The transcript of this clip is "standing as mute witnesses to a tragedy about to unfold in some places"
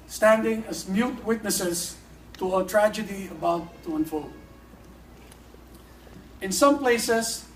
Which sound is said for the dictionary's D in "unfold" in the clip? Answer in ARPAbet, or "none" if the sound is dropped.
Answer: none